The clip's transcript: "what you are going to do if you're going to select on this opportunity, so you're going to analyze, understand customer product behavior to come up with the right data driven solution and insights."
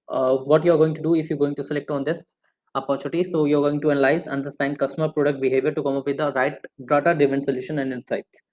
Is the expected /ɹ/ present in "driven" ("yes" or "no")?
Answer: no